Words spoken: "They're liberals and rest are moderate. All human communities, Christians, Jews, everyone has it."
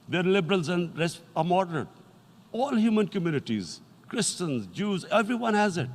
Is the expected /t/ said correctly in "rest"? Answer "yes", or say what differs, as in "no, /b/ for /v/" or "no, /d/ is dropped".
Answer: no, /t/ is dropped